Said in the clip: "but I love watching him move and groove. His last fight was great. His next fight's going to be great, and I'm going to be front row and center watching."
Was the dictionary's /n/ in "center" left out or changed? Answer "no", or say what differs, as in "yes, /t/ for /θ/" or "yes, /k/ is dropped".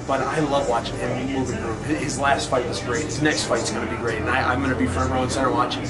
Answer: yes, /n/ is dropped